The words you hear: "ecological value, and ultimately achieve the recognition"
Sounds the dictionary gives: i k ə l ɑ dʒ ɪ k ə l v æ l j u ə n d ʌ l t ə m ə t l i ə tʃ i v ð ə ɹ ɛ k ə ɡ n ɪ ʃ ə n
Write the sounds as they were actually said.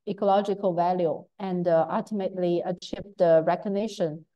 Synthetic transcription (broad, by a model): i k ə l ɑ dʒ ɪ k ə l v æ l j u ə n d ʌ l t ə m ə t l i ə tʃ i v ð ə ɹ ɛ k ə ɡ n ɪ ʃ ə n